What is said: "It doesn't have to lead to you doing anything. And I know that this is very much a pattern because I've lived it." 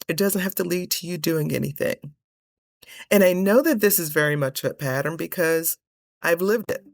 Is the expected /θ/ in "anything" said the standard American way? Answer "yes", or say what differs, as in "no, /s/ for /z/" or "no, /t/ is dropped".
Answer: yes